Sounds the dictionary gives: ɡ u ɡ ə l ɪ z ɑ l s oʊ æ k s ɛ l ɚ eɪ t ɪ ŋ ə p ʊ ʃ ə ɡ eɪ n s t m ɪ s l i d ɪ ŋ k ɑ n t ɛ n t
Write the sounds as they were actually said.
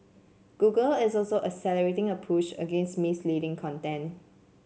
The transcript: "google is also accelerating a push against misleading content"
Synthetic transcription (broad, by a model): ɡ u ɡ ə l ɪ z ɑ l s oʊ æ s ɛ l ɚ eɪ t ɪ ŋ ə p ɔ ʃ ə ɡ eɪ n s t m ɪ s l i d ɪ ŋ k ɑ n t ɛ n